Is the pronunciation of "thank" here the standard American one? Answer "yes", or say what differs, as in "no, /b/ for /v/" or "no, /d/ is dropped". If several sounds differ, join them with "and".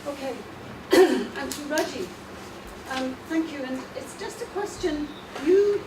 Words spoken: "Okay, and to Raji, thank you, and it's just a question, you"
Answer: yes